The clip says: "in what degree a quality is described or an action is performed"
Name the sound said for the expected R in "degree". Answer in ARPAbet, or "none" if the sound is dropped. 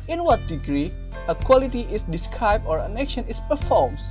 R